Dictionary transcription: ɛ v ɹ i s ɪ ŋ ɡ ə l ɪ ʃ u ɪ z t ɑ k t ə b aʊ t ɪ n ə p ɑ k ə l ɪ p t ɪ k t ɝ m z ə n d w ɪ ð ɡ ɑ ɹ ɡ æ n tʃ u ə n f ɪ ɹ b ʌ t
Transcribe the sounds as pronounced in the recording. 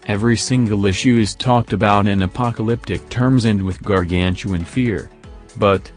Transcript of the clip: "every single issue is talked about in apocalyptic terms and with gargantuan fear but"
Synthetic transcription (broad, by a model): ɛ v ɹ i s ɪ ŋ ɡ l ɪ ʃ u ɪ z t ɑ k t ə b aʊ t ɪ n ə p ɑ k ə l ɪ p t ɪ k t ɝ m z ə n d w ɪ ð ɡ ɑ ɹ ɡ æ n tʃ u ə n f ɪ ɹ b ʌ t